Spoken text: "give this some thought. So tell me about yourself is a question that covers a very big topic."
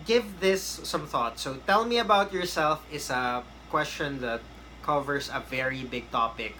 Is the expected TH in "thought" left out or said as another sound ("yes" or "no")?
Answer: no